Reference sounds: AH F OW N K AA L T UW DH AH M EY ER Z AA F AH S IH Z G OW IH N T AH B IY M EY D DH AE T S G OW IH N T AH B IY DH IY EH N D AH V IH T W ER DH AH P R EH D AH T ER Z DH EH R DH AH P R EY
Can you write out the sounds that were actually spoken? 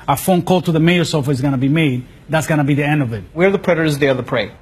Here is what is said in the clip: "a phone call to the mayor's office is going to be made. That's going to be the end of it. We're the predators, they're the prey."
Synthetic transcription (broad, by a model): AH F OW N K AA L T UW DH AH M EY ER S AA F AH IH Z G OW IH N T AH B IY M EY D DH AE T S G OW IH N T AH B IY DH IY EH N D AH V IH T W ER DH AH P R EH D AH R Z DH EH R DH AH P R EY